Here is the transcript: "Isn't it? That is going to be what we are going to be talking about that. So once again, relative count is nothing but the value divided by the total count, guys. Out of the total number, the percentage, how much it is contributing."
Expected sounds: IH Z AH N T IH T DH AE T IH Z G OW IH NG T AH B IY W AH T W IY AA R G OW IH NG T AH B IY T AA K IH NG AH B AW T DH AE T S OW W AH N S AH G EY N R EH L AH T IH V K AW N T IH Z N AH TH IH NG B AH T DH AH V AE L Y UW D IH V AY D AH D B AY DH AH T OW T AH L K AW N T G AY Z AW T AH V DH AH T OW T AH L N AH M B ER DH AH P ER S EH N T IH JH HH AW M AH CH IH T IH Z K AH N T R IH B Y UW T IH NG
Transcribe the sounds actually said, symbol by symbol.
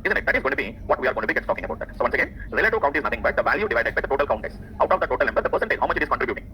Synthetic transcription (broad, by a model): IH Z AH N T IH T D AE T IH Z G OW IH T AH B IY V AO T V IY AA R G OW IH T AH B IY T AA K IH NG AH B AW T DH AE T S OW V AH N S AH G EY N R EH L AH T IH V K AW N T IH Z N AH T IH NG B AH T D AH V AE L Y UW D IH V AY D AH D B AY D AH T OW T AH L K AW N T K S AW T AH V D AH T OW T AH L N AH M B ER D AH P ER S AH N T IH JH HH AW M AH CH IH T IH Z K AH N T R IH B Y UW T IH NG